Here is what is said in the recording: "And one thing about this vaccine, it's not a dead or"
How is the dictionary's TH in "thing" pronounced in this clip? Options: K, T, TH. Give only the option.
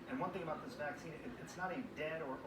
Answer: TH